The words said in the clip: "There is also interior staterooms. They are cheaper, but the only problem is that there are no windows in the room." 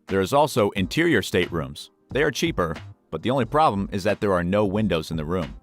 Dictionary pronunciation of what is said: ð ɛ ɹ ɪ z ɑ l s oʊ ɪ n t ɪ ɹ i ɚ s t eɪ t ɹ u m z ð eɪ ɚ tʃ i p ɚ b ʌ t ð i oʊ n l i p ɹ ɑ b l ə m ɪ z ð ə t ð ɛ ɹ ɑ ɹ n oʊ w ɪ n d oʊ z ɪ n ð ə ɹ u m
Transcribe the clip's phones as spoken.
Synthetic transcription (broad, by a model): ð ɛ ɹ ɪ z ɑ l s oʊ ɪ n t ɪ ɹ i ɚ s t eɪ t ɹ u m z ð eɪ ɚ tʃ i p ɚ b ʌ t ð i oʊ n l i p ɹ ɑ b l ə m ɪ z ð ə t ð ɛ ɹ ɑ ɹ n oʊ w ɪ n d oʊ z ɪ n ð ə ɹ u m